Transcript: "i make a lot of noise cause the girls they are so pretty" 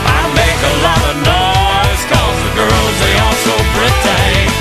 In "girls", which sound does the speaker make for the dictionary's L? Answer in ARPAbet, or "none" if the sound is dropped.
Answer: L